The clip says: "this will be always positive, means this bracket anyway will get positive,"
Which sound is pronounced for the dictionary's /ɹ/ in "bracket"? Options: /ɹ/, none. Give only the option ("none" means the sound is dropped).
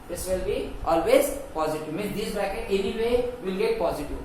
none